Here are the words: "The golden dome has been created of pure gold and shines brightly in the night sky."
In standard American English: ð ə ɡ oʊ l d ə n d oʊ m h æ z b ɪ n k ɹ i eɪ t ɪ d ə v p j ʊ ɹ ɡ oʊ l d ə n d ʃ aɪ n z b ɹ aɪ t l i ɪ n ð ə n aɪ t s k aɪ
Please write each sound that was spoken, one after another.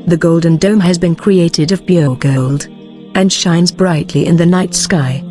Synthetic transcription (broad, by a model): ð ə ɡ oʊ l d n d oʊ m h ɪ z b ɪ n k ɹ i eɪ t ɪ d ə v b j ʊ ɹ ɡ oʊ l d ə n ʃ aɪ n z b ɹ aɪ t l i ɪ n ð ə n aɪ t s k aɪ